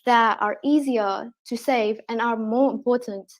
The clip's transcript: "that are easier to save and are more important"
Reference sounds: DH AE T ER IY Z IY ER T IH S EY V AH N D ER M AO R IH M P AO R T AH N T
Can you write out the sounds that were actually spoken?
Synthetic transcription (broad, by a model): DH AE T ER IY Z IY ER T IH S EY V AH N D ER M AO R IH M P AO R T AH N T